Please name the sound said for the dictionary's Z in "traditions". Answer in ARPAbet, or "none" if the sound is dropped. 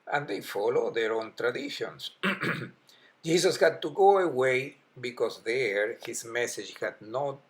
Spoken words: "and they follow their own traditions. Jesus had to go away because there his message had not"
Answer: S